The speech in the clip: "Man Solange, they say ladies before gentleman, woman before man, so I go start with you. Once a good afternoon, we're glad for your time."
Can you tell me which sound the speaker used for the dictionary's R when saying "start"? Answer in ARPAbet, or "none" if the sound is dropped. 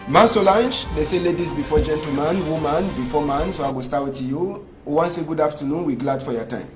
W